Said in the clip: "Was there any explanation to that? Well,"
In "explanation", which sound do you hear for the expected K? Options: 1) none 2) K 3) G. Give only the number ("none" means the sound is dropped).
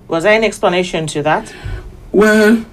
2